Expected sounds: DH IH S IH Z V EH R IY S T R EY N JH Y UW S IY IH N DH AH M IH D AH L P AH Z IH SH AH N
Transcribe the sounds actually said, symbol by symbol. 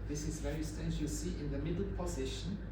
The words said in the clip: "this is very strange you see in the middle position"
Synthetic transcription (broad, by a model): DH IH S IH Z V EH R IY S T EY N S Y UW S IY IH N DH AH M IH D AH L P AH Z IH SH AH N